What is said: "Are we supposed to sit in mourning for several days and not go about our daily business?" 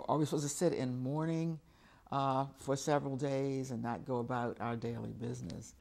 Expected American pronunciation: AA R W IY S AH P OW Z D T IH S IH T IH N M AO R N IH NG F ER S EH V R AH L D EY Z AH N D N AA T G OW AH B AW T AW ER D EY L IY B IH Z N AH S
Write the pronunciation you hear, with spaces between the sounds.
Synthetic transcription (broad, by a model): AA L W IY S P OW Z T IH S IH T IH N M AO R N IH NG F ER S EH V R L D EY Z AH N N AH T G OW AH B AW T AW ER D EY L IY B IH Z N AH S